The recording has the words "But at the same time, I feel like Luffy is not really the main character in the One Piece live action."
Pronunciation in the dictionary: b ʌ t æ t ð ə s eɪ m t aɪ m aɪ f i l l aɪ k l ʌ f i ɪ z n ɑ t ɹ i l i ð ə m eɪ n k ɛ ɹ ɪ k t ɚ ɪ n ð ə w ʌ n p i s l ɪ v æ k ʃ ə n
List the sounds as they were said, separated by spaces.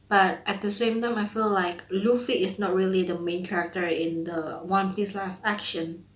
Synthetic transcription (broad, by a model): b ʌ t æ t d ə s eɪ m t aɪ m aɪ f i l l aɪ k l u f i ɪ s n ɑ t ɹ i l i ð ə m eɪ n k ɛ ɹ ɪ k t ɚ ɪ n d ə w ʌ n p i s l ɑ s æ k ʃ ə n